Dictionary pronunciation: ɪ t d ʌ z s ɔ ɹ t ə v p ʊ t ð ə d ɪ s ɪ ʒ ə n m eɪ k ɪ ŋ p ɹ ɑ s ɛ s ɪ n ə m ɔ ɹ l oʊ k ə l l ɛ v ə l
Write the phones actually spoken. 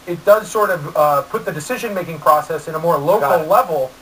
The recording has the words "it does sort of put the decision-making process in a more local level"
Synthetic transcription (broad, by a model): ɪ t d ʌ z s ɔ ɹ t ə v p ʊ t ð ə d ɪ s ɪ ʒ ə n m eɪ k ɪ ŋ p ɹ ɑ s ɛ s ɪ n ə m ɔ ɹ l oʊ ə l l ɛ v l